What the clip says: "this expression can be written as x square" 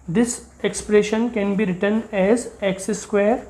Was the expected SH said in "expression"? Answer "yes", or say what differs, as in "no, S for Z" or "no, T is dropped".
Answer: yes